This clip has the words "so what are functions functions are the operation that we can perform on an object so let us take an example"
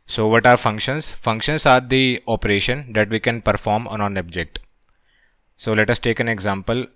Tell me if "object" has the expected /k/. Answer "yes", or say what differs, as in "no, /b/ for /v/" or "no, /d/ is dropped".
yes